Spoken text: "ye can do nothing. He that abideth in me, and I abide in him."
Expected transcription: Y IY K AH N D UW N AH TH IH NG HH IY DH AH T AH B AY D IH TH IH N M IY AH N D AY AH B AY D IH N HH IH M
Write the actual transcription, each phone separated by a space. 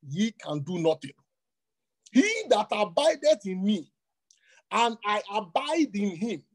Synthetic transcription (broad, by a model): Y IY K AH N D UW N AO T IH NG HH IY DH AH T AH B AY D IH T IH N M IY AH N AY AH B AY D IH N HH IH M